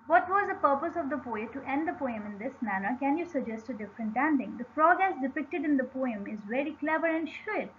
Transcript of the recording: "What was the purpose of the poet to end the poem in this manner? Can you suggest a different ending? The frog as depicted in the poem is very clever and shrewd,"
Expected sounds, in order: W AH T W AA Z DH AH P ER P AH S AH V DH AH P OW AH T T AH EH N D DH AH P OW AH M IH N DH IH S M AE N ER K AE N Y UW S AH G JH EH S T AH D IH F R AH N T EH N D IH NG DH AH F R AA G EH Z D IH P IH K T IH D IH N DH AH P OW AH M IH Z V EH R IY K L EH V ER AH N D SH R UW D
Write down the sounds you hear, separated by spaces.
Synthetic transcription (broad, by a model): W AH T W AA Z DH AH P ER P AH S AH V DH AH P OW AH T T EH N D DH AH P OW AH M IH N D IH S M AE N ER K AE N Y UW S AH G JH EH S T AH D IH F R AH N T EH N D IH NG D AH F R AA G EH S D IH P IH K T IH D IH N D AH P OW AH M IH Z V EH R IY K L EH V ER AH N D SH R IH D